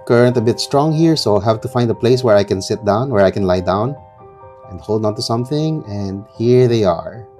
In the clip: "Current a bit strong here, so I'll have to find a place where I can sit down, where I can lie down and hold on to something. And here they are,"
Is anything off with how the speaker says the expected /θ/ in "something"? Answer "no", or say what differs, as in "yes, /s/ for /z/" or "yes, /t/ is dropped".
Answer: no